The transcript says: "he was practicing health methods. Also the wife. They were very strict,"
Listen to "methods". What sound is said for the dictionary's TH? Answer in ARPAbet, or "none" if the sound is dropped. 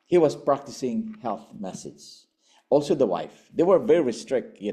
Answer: S